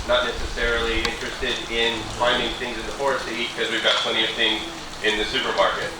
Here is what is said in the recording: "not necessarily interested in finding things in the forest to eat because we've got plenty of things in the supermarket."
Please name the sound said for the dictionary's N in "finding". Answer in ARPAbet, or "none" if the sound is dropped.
N